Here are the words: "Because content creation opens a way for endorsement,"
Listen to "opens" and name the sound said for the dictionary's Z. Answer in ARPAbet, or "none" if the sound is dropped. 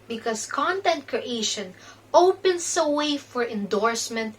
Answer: S